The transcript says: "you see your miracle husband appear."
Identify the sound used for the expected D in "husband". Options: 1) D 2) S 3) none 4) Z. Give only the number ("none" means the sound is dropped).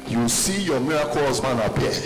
3